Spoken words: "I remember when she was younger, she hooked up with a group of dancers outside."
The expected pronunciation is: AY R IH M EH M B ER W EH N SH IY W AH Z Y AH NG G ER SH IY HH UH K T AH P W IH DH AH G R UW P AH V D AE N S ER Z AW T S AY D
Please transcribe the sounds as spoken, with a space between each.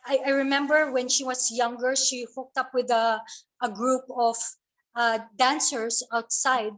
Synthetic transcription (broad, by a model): AY R IH M EH M B ER W EH N SH IY W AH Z Y AH NG G ER SH IY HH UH K T AH P W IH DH AH G R UW P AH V D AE N S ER S AW T S AY D